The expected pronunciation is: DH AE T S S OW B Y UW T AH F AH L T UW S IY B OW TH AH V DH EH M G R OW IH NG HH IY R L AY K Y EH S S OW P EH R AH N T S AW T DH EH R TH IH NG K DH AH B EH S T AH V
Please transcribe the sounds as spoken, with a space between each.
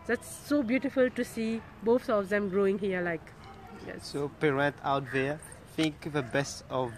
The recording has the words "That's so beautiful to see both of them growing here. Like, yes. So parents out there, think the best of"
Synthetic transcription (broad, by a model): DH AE T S S OW B Y UW T AH F AH L T UW S IY B OW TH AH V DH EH M G R OW IH NG HH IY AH L AY K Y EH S S OW P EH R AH N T AW T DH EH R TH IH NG K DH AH B EH S T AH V